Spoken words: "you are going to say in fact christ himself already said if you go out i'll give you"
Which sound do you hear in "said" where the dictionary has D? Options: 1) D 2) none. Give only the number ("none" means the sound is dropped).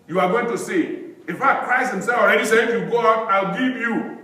2